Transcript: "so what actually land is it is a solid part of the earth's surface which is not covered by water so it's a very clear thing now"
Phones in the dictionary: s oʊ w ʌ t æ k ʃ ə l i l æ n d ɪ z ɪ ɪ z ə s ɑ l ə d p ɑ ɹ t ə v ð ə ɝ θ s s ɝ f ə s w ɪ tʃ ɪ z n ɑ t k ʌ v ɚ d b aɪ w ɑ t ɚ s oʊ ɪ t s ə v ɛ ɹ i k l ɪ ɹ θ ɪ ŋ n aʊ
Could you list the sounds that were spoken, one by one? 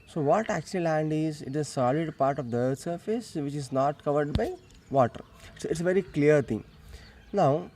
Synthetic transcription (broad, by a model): s oʊ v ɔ t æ k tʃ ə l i l æ n d ɪ z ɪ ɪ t ə s ɑ l ə d p ɑ ɹ t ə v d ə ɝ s s ɝ f ə s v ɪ tʃ ɪ z n ɑ t k ʌ v ɚ d b aɪ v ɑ t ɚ s oʊ ɪ t s ə v ɛ ɹ i k l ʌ ɹ t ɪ ŋ n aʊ